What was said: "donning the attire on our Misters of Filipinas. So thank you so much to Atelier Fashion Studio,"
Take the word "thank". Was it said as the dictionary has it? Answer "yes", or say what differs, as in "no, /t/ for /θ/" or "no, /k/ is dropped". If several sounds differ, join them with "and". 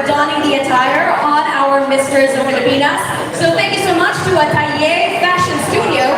yes